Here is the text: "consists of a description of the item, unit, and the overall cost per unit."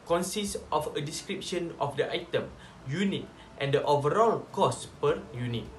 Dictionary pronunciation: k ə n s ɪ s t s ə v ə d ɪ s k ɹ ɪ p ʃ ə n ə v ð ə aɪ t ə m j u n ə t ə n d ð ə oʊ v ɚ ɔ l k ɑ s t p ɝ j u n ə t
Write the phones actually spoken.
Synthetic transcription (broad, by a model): k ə n s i s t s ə f ə d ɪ s k ɹ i p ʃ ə n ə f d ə aɪ t ə m j u n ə t ə n d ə oʊ v ɚ ɔ l k ɑ s p ɝ j u n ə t